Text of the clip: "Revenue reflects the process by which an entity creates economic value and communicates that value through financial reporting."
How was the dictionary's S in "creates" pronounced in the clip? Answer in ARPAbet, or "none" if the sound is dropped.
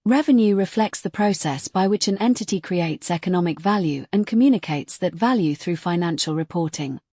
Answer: S